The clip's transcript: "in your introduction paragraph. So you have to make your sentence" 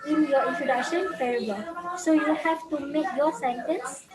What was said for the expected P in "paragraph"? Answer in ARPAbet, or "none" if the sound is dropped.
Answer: F